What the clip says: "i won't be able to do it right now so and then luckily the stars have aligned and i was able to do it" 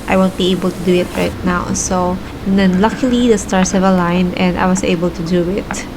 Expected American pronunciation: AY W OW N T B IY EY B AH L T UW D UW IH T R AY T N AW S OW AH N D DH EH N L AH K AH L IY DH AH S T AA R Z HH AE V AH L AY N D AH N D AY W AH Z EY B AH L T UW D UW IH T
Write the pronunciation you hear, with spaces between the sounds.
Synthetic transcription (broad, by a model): AY W OW N T B IY EY B AH L T UW D UW IH T R AY T N AW S OW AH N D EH N L AH K AH L IY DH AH S T AA R S HH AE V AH L AY N AH N D AY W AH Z EY B AH L T UW D UW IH T